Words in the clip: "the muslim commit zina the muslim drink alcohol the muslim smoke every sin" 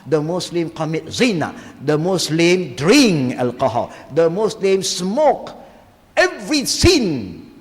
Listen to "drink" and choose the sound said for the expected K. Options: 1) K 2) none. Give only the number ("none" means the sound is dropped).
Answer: 2